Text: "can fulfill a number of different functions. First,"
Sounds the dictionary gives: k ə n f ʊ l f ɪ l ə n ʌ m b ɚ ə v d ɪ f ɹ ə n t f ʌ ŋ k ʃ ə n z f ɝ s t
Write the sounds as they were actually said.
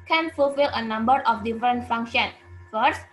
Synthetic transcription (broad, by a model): k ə n f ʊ l f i l ə n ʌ m b ɚ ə f d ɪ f ɹ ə n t f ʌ ŋ k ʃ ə n f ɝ s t